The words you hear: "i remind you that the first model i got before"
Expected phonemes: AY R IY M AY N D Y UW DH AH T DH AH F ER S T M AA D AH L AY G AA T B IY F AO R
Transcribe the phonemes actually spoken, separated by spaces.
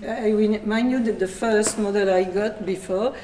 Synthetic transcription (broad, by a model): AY W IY M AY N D Y UW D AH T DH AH F ER S T M AA D AH L AY G AA T B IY F AO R